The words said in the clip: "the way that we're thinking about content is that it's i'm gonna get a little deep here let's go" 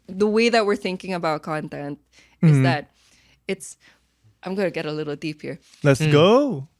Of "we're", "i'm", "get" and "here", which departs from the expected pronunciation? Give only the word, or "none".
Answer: none